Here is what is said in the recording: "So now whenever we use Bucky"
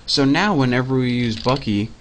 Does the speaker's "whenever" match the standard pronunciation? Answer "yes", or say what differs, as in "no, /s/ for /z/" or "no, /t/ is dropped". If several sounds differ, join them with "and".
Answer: yes